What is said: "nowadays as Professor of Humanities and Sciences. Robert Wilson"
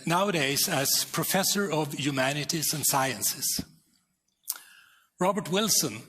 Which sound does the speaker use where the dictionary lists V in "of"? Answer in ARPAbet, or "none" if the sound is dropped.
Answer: V